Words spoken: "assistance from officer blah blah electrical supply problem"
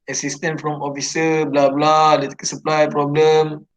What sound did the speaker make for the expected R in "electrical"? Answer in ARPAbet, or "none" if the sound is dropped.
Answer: none